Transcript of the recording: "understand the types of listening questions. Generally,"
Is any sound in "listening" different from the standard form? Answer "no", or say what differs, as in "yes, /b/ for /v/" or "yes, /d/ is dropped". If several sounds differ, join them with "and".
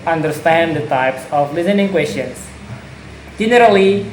no